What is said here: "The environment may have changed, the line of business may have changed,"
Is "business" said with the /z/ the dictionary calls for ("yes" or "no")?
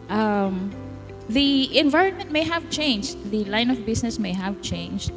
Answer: no